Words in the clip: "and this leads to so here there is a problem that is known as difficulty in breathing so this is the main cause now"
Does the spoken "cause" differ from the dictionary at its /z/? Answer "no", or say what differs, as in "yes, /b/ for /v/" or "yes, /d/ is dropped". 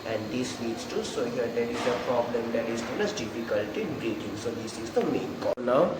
yes, /z/ is dropped